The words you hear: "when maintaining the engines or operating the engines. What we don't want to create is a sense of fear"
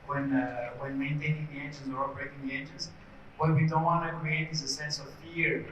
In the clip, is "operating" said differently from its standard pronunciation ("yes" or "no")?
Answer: yes